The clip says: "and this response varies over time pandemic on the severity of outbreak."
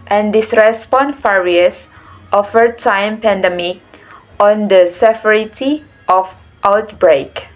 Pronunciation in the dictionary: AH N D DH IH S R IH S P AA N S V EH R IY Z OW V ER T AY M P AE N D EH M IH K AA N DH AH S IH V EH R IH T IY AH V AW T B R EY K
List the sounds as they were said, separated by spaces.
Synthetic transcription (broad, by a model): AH N D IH S R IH S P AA N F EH R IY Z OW F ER T AY M P AE N D EH M IH K AA N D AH S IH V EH R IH T IY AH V AW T B R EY K